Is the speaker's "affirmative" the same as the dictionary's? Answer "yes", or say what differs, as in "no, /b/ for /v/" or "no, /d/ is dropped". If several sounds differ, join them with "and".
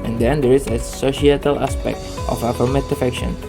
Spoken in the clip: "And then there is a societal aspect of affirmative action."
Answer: no, /f/ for /v/